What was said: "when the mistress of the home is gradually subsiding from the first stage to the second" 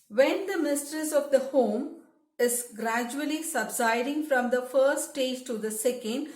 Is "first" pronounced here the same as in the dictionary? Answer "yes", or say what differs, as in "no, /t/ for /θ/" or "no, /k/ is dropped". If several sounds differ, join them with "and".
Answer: no, /s/ is dropped